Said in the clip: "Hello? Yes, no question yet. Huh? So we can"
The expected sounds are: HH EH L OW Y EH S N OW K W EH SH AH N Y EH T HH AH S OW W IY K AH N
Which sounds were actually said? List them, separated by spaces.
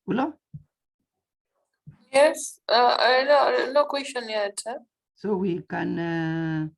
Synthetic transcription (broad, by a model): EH L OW Y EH S L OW K W EH SH AH N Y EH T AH S OW W IY K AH N